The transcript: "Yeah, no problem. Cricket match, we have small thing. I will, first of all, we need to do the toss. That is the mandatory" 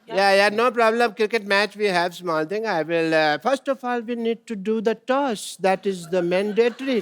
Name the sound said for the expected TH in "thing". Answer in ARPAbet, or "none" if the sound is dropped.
T